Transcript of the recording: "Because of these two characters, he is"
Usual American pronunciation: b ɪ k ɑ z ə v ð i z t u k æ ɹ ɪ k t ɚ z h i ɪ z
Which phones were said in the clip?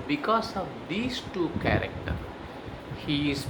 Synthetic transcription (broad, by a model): b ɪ k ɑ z ə v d i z t u k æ ɹ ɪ k t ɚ h i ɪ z